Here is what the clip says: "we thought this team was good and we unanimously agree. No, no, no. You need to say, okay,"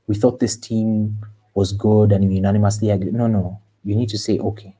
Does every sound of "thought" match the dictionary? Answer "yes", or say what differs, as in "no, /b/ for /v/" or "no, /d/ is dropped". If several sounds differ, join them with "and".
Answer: yes